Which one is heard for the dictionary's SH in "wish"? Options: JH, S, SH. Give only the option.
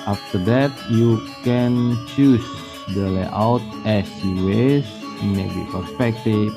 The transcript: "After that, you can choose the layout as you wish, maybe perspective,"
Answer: S